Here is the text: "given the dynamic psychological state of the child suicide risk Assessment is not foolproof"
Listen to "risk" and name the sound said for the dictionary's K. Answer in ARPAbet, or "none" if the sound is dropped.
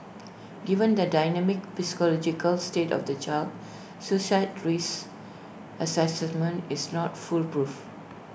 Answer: none